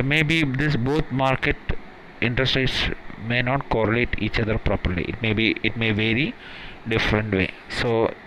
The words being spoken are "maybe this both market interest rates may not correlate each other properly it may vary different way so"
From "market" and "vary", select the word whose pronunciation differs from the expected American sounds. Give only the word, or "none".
none